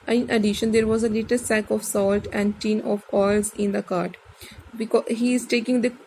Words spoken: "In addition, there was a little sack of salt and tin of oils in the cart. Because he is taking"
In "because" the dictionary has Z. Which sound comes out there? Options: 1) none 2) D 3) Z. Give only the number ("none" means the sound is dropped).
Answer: 1